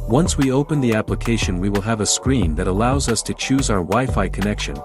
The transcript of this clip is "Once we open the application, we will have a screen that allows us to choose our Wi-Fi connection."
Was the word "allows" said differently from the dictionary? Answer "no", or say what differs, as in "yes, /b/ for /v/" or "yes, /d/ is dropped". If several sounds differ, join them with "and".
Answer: no